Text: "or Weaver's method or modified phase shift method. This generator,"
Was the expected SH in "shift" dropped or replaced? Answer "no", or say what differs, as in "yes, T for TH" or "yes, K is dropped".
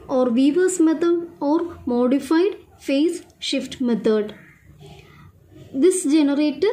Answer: no